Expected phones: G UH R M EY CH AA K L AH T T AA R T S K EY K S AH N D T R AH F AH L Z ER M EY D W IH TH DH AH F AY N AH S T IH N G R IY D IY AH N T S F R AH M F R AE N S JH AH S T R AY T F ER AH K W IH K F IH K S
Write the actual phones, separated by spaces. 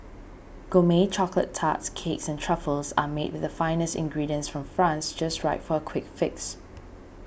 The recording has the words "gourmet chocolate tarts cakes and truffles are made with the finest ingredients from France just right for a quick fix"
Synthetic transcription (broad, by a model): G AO M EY CH AA K L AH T T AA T S K EY K S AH N T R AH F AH L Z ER M EY D W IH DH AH F AY N AH S T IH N G R IY D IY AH N S F R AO M F R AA N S JH AH S T R AY T F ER AH K W IH K F IH K S